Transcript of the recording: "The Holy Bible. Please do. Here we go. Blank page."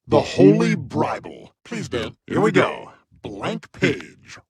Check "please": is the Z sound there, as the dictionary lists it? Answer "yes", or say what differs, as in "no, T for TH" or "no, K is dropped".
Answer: yes